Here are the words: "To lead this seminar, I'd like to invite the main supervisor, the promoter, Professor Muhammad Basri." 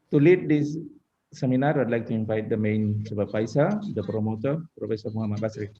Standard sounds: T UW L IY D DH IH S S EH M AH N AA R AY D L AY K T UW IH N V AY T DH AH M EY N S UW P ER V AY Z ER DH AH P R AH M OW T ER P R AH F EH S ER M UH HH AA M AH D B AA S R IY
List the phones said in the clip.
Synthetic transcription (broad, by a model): T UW L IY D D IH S S EH M AH N AA R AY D L AY K T UW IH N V AY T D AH M EY N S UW B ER P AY S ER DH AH P R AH M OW T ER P R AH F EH S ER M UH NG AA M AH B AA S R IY